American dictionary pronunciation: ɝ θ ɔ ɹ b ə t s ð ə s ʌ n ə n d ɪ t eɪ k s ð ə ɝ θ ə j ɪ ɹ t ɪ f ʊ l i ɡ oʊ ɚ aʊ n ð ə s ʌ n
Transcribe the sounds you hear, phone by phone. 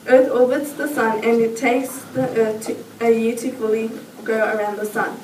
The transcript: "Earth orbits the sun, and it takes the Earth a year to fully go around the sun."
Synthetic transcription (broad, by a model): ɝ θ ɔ l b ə t s ð ə s ʌ n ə n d ɪ t eɪ k s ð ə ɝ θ ə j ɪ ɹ t ɪ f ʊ l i ɡ oʊ ɚ aʊ n ð ə s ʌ n